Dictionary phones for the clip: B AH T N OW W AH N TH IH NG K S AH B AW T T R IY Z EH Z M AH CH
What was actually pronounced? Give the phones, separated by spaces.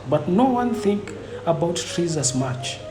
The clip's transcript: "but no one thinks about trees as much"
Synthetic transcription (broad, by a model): B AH T N OW W AH N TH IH NG K AH B AW T T R IY Z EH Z M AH CH